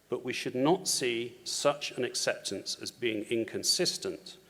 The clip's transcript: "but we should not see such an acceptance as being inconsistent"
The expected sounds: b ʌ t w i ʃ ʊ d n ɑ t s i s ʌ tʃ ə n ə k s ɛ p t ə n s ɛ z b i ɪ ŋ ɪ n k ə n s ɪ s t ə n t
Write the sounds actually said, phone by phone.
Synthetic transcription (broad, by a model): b ʌ t w i ʃ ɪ d n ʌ t s i s ʌ tʃ ə n ə k s ɛ p t ə n s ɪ z b i ɪ ŋ ɪ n k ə n s ɪ s t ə n t